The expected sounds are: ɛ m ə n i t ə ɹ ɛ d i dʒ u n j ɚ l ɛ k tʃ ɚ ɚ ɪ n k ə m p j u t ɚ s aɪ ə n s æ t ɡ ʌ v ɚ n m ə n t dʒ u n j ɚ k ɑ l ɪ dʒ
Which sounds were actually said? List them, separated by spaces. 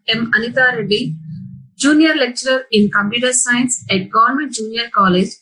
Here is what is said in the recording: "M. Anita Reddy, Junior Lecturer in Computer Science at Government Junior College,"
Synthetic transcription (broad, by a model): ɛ m ə n i t ə ɹ ɛ d i dʒ u n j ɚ l ɛ k tʃ ɚ ɚ ɪ n k ə m p j u t ɚ s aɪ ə n s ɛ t ɡ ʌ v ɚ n m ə n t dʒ u n j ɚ k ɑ l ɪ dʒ